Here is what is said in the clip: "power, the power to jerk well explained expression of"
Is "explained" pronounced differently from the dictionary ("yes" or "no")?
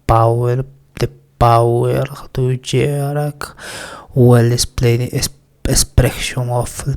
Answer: yes